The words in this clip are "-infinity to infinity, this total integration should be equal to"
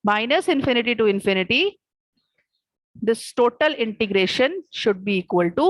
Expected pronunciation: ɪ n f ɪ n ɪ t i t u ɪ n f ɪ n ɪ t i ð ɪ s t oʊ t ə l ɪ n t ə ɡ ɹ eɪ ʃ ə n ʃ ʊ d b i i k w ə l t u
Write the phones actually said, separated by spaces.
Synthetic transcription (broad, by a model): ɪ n f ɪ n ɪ t i t u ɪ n f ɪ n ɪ t i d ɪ s t oʊ t ə l ɪ n t ə ɡ ɹ eɪ ʃ ə n ʃ ʊ d b i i k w ə l t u